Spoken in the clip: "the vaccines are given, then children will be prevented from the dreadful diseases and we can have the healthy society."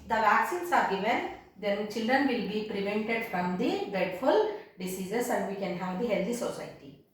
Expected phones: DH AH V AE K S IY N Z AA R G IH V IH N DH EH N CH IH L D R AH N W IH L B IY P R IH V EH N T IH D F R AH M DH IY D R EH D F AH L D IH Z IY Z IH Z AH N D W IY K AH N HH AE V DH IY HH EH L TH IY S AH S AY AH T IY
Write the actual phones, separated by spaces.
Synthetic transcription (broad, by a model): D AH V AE K S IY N S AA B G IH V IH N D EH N CH IH L D R AH N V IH L B IY P R IH V EH N T IH D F R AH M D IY D R EH D F AH L D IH S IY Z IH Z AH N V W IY K AH N HH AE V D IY HH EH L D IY S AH S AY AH T IY